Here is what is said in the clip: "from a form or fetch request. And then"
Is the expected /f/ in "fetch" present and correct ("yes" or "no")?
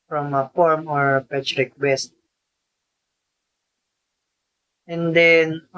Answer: no